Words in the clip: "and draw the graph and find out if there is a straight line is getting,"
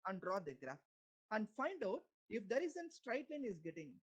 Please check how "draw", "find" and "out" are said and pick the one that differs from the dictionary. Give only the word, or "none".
none